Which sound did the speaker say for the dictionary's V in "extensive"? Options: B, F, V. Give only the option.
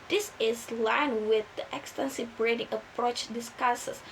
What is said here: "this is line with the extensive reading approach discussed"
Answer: B